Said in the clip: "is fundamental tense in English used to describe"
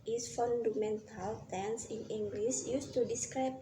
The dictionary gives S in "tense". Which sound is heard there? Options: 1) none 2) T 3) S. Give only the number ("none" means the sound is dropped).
3